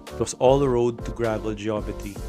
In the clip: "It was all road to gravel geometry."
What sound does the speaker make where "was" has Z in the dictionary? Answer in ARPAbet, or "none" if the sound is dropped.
S